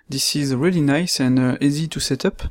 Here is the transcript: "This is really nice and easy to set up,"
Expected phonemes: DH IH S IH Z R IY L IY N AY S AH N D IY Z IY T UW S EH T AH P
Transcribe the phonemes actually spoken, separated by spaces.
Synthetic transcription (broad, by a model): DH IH S IH Z R IY L IY N AY S AH N D IY Z IY T UW S EH T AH P